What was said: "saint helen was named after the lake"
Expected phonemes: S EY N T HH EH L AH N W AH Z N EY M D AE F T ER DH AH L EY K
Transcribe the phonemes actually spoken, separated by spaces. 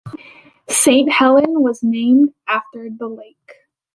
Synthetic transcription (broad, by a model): S EY N T HH EH L AH N W AH Z N EY M D AE F T ER DH AH L EY K